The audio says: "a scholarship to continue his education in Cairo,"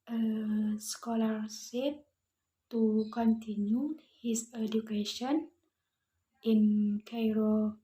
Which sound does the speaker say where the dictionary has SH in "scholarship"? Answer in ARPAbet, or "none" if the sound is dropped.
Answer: S